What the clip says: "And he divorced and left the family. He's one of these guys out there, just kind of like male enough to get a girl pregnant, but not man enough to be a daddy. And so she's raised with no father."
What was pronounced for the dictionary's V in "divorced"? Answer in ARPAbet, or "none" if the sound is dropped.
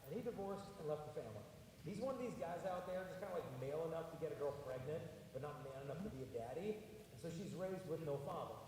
V